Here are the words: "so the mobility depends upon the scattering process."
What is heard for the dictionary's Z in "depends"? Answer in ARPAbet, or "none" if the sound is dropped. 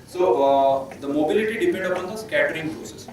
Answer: none